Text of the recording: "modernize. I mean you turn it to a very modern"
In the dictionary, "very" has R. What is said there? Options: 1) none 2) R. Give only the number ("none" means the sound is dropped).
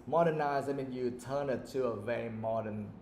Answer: 1